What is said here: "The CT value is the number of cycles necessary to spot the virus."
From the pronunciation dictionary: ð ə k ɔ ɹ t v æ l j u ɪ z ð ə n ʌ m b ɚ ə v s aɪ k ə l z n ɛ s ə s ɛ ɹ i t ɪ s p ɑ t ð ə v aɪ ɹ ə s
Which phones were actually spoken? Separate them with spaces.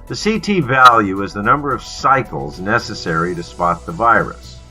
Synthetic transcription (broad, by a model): ð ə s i t v æ l j u ɪ z ð ə n ʌ m b ɚ ə v s aɪ k l z n ɛ s ə s ɛ ɹ i t ɪ s p ɑ t ð ə v aɪ ɹ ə s